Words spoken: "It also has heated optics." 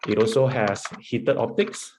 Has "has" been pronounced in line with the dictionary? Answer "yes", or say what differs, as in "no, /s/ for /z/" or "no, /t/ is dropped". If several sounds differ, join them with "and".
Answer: no, /s/ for /z/